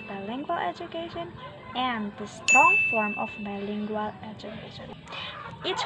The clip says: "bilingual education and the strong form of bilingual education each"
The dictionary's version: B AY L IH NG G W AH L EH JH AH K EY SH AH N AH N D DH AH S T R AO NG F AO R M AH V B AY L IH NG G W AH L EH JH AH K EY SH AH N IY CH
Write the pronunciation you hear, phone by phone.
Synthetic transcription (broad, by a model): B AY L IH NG G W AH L EH JH AH K EY SH AH N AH N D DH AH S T AO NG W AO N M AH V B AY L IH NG G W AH L EH JH AH K EY SH AH N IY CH